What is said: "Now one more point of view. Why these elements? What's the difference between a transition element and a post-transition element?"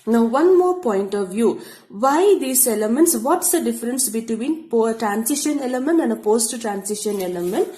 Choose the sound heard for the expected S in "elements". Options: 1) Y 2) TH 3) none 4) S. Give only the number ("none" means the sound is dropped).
4